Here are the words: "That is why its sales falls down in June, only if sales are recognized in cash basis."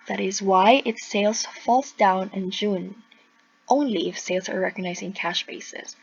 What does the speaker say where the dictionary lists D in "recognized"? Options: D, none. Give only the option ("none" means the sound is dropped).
none